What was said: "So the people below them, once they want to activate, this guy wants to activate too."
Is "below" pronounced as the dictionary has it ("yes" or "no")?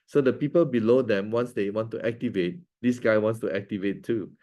yes